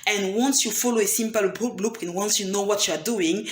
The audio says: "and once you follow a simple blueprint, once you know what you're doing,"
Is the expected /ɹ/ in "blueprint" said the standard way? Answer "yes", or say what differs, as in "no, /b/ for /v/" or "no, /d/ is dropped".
no, /ɹ/ is dropped